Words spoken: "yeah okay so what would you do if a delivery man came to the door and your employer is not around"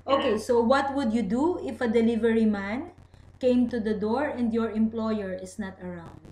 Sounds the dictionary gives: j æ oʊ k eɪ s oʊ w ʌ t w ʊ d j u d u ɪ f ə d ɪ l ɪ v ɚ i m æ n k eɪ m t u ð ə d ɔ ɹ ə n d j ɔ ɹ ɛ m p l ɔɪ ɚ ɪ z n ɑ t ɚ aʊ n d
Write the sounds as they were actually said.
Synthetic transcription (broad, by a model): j oʊ k eɪ s oʊ w ʌ t w ʊ d j u d u ɪ f ə d ɪ l ɪ v ɚ i m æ n k eɪ m t u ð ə d ɔ ɹ ə n d j ɔ ɹ ɛ m p l ɔɪ ɚ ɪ s n ɑ t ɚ aʊ n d